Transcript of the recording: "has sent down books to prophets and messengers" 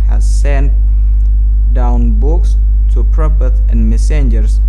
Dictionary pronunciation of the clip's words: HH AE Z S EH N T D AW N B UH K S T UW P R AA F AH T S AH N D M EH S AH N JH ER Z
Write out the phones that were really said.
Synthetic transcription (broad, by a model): HH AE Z S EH N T D AW N B UH K S T UW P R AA P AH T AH N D M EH S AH N JH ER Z